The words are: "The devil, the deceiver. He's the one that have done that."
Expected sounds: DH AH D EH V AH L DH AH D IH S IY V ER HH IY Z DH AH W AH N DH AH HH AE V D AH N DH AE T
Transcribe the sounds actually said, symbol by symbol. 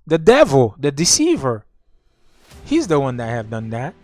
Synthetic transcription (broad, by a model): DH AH D EH V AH L DH AH D IH S IY V ER HH IY Z DH AH W AH N DH AH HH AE V D AH N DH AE T